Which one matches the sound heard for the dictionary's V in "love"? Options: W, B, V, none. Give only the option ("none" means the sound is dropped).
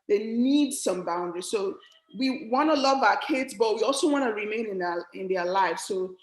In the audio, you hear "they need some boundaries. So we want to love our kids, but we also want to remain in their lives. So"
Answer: V